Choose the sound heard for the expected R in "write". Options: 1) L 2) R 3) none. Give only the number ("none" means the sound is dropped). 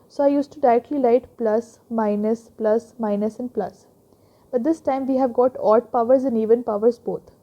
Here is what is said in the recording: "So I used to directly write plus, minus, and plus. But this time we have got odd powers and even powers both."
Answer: 1